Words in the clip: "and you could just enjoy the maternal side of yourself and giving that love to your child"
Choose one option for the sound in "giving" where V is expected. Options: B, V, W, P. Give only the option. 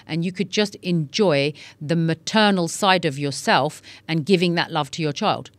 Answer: V